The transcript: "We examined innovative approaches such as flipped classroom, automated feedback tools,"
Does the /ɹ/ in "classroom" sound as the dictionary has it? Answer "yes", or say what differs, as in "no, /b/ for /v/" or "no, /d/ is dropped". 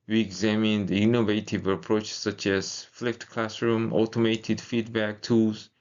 yes